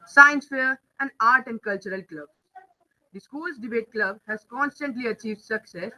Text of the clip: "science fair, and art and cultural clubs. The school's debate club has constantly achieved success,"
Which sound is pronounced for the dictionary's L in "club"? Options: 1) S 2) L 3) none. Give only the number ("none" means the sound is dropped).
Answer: 2